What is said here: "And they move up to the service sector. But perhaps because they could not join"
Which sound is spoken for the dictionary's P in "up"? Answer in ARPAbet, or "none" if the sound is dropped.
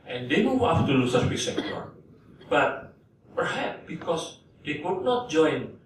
F